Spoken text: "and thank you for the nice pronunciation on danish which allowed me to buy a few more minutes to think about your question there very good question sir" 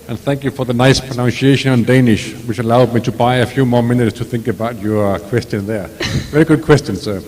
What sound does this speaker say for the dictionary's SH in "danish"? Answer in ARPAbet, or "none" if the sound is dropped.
SH